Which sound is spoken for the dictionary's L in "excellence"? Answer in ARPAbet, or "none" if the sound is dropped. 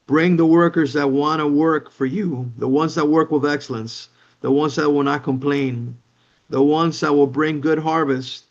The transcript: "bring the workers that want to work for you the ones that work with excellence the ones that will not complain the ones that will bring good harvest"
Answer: L